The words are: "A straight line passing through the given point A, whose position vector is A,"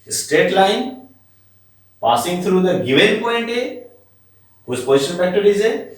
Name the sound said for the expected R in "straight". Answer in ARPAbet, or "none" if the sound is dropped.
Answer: none